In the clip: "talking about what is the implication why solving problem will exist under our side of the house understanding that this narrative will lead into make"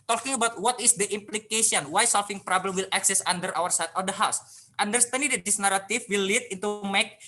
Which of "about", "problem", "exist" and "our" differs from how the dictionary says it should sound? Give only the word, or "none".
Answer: exist